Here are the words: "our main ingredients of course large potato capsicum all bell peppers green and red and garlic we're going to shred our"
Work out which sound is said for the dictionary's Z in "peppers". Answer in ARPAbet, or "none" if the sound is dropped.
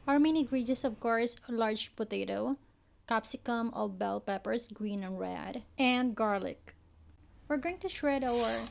S